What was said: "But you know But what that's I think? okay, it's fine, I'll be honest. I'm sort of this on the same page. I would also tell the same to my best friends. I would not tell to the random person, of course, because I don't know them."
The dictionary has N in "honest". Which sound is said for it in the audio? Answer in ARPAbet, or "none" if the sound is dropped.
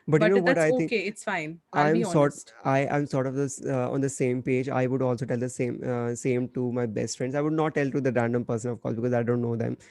none